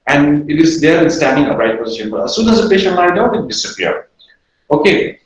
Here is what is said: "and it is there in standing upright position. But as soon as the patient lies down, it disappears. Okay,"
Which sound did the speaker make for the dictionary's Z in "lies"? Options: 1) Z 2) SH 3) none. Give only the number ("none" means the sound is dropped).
3